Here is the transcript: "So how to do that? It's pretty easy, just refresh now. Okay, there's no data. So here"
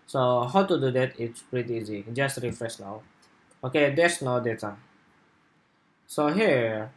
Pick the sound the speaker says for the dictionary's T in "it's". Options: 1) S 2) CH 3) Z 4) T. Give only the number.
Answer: 4